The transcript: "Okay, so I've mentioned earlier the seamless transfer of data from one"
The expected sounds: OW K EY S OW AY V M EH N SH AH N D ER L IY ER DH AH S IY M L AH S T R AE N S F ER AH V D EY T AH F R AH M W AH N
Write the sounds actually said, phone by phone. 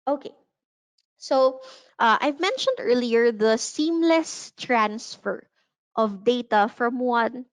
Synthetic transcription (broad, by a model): OW K EY S OW AY V M EH N SH AH N D ER L IY ER DH AH S IY M L AH S T R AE N S F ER AH V D EY T AH F R AH M W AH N